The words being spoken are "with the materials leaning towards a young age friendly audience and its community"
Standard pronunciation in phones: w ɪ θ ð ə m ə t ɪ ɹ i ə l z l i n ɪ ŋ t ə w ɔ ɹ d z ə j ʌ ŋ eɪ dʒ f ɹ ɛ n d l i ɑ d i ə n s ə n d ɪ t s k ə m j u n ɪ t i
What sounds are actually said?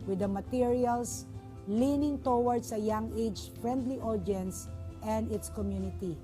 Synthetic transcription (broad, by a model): w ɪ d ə m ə t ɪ ɹ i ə l s l i n ɪ ŋ t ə w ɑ ɹ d s ə j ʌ ŋ eɪ dʒ f ɹ ɛ n d l i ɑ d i n s ə n d ɪ t s k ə m j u n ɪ t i